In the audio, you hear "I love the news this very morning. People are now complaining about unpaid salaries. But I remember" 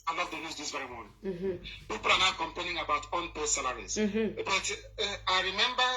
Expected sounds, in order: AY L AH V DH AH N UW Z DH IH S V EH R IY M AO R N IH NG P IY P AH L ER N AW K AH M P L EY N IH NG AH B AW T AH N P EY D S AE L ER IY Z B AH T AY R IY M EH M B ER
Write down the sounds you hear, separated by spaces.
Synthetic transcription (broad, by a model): AY L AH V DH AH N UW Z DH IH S V EH R IY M AO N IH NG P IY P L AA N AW K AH M P EY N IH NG AH B AW T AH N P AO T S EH L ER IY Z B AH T AY R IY M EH M B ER